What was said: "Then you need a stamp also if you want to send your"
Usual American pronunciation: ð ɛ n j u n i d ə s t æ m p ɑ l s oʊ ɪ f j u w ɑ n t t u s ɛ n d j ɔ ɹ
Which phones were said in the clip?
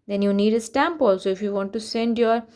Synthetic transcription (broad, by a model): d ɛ n j u n i d ə s t æ m p ɑ l s oʊ ɪ f j u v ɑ n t t u s ɛ n d j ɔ ɹ